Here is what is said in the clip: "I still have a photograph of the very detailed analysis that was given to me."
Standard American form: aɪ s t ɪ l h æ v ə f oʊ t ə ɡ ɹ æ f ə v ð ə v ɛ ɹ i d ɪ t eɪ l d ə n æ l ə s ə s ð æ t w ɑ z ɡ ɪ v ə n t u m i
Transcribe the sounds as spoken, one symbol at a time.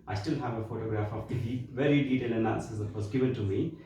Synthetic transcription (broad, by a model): aɪ s t ɪ l h æ v ə f oʊ t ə ɡ ɹ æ f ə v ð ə v ɛ ɹ i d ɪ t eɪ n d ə n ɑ ə s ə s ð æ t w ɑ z ɡ ɪ v ə n t u m i